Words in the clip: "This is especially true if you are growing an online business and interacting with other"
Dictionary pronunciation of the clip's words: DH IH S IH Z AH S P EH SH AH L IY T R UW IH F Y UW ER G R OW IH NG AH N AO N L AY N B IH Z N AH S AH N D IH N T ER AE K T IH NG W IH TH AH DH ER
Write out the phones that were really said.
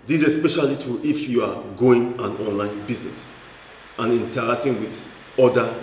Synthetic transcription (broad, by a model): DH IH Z AH S P EH SH AH L IY T UW IH F Y UW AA G OW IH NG AH N AO N L AY N B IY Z N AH S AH N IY N T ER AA K T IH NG W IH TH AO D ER